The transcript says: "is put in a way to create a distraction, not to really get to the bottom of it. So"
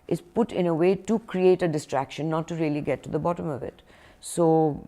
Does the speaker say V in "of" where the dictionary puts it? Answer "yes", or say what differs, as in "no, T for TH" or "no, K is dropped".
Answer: yes